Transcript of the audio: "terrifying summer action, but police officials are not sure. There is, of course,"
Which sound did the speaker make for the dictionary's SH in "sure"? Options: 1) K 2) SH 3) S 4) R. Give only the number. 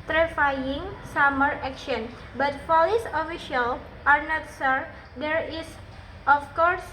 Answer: 3